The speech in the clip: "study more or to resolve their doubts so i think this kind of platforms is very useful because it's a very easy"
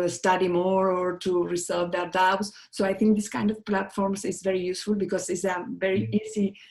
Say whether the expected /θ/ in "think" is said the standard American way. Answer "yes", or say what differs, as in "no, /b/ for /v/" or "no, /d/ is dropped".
no, /t/ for /θ/